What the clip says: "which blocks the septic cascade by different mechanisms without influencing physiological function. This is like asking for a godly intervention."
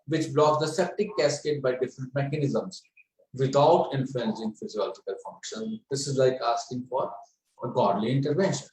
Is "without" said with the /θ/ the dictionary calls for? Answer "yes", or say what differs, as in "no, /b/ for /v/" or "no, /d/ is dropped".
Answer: no, /t/ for /θ/